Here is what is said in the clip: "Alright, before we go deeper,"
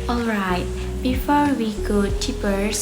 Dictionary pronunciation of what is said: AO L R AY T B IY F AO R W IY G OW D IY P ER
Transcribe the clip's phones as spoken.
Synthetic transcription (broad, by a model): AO L R AY T B IY F AO R W IY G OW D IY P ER